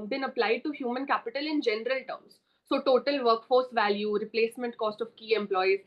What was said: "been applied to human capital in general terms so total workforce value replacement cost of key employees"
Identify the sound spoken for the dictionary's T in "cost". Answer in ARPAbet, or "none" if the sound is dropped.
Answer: T